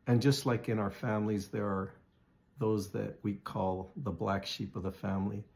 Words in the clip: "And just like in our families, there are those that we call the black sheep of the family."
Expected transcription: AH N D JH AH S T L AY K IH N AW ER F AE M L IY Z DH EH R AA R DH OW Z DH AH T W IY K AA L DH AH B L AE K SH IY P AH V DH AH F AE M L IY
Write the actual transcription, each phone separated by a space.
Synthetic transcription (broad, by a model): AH N JH AH S T L AY K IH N AW ER F AE M L IY Z DH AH R R DH OW Z DH AH T W IY K AA L DH AH B L AE K SH IY P AH V DH AH F AE M L IY